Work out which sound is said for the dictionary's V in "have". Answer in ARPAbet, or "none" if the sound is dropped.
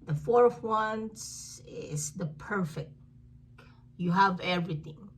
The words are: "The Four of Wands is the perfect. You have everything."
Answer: V